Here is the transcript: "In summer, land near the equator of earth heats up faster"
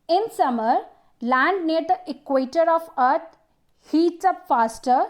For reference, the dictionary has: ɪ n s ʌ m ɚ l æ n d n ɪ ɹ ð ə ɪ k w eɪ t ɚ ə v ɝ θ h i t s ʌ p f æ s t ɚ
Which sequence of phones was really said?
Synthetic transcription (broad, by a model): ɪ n s ʌ m ɚ l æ n d n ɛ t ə k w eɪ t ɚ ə f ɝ t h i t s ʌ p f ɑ s t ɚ